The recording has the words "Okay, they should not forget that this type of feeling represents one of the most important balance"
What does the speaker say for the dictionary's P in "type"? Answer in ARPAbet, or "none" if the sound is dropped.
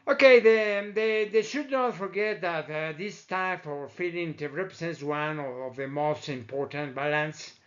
F